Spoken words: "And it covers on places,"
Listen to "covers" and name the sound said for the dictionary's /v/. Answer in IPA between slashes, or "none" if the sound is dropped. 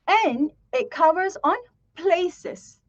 /v/